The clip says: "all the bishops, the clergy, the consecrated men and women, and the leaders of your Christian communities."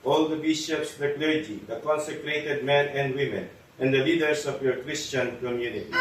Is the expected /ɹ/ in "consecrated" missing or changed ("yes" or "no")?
no